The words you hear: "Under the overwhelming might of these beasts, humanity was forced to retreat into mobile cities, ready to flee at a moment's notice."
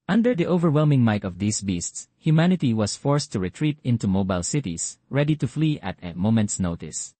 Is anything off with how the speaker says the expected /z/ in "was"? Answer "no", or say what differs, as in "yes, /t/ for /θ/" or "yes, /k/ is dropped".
yes, /s/ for /z/